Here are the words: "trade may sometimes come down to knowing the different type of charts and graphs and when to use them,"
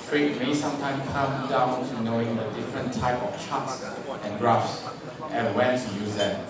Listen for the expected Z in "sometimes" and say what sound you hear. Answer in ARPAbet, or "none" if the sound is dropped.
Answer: none